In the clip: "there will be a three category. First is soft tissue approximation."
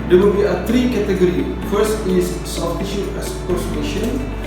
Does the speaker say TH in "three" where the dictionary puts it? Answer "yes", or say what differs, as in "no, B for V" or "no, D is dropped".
no, T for TH